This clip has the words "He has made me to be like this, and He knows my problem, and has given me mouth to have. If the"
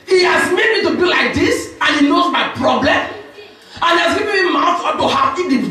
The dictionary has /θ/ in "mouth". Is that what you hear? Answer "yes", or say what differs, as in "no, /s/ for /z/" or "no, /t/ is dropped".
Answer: no, /f/ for /θ/